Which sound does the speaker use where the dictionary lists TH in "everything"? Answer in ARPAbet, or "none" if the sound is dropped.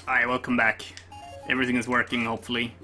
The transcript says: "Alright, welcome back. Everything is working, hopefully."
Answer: TH